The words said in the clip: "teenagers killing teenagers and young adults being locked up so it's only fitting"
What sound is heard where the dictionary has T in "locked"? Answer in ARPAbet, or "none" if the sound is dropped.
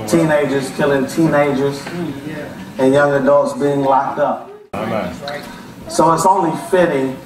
T